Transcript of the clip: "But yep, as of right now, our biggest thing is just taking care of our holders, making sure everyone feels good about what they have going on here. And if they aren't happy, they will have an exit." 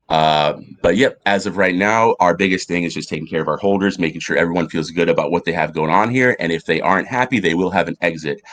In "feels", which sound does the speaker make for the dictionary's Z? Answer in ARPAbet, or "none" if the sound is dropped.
Z